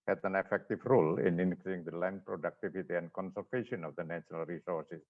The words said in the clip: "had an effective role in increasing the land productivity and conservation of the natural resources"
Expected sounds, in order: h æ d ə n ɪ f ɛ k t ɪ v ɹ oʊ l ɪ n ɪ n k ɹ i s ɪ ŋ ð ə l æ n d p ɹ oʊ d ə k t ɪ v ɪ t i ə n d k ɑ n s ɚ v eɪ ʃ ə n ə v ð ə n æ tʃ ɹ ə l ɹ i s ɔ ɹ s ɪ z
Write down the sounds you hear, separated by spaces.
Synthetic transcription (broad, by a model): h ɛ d ə n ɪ f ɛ k t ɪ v ɹ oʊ l ɪ n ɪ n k l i ɪ ŋ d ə l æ n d p ɹ oʊ d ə k t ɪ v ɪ t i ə n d k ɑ n s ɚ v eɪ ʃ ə n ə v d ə n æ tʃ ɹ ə l ɹ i s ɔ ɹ s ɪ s